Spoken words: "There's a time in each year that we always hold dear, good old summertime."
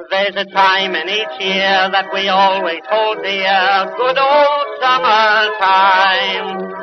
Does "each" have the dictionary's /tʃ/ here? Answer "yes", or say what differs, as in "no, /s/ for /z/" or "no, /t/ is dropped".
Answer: yes